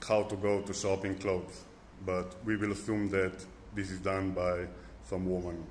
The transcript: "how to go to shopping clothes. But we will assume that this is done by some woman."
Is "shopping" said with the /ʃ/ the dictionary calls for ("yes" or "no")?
no